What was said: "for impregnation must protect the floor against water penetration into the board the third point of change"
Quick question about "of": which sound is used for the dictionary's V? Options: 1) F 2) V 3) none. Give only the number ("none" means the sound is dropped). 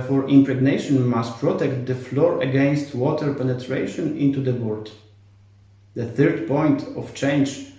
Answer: 1